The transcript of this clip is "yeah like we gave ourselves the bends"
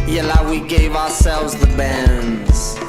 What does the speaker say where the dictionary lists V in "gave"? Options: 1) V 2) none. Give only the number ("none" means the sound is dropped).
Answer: 1